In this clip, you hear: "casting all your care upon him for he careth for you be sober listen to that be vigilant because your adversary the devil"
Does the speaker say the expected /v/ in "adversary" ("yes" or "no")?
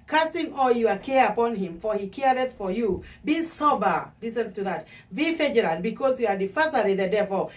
no